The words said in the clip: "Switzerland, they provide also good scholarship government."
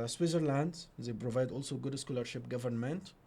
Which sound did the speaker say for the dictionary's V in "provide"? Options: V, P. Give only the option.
V